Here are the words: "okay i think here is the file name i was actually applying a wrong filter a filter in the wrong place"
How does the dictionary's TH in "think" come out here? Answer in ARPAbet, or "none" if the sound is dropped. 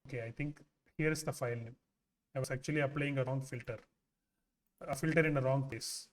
T